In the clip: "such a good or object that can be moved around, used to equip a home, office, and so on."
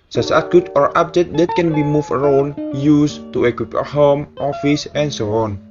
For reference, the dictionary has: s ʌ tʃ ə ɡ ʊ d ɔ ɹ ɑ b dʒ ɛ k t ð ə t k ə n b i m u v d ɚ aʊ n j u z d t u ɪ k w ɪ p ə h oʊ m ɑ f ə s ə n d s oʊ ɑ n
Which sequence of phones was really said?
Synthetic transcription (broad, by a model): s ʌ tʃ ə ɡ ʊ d ɔ ɹ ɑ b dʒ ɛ t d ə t k ə n b i m u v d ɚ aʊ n j u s t u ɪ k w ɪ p ə h oʊ m ɑ f ə s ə n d s oʊ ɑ n